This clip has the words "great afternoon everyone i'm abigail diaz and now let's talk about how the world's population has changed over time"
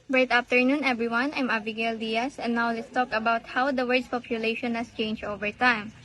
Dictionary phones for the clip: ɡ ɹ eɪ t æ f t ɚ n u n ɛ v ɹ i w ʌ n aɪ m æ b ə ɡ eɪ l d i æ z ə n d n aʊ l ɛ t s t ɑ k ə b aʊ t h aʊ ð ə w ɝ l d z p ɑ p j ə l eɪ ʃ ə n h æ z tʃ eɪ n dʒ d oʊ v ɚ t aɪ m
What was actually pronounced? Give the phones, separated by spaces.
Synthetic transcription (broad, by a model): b ɹ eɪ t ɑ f t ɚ n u n ɛ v ɹ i w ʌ n aɪ m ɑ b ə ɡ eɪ l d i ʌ s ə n n aʊ l ɛ t s t ɑ k ə b aʊ t h aʊ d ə w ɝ d s p ɑ p j ə l eɪ ʃ ə n h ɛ s tʃ eɪ n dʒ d oʊ v ɚ t aɪ m